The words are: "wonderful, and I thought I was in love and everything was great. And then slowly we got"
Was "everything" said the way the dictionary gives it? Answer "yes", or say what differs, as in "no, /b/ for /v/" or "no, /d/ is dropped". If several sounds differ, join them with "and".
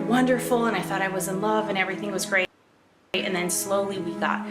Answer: yes